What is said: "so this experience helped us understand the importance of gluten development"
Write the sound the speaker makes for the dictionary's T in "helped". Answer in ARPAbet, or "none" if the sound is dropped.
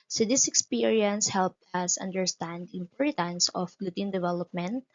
T